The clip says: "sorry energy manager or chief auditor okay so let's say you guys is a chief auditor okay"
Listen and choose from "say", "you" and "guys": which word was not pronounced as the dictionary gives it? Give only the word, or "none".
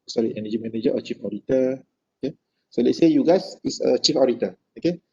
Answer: guys